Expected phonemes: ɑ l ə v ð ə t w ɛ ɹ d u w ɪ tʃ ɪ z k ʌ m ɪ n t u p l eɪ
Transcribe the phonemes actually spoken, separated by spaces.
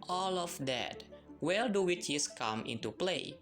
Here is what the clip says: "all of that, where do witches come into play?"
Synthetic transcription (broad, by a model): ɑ l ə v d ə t w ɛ l d u w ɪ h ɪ s k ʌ m ɪ n t u p l eɪ